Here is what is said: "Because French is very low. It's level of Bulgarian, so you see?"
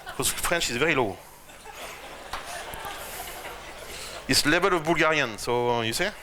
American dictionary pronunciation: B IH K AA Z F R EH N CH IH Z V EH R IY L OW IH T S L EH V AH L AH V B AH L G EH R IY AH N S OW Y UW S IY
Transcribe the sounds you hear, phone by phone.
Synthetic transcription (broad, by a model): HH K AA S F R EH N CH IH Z V EH R IY L OW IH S L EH B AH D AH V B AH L G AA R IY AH N S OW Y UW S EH